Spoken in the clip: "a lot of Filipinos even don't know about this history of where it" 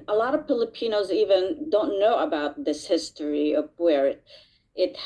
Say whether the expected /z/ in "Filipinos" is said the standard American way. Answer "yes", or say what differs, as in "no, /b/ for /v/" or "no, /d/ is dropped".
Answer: yes